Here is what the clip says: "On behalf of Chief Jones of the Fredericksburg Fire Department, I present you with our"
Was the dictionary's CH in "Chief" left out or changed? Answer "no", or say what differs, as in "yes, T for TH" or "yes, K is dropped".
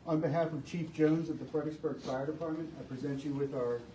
no